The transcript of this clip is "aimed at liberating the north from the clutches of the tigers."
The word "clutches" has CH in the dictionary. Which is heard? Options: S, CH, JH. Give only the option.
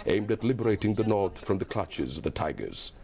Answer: CH